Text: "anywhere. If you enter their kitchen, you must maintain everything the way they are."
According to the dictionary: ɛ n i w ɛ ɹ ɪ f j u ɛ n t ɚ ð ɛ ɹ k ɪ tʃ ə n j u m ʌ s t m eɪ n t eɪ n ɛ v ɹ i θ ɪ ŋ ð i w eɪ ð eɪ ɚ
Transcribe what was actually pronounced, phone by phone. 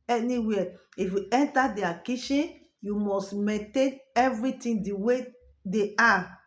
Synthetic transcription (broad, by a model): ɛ n i w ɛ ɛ ɪ f j u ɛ n t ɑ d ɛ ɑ k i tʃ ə n j u m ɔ s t m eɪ n t eɪ n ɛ v ɹ i t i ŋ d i w eɪ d eɪ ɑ